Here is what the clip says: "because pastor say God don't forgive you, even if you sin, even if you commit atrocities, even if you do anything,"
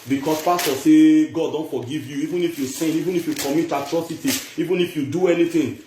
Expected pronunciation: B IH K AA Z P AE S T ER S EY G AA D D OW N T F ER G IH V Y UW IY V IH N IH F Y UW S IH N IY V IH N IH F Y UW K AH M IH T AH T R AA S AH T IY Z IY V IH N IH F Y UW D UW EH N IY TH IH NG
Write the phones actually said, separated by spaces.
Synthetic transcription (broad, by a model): B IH K AA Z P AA S T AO S EY G AA D D OW N T F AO G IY V Y UW IY V IH N IH F Y UW S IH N IY V IH N IH F Y UW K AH M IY T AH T R AA S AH T IY IY V IH N IH F Y UW D UW EH N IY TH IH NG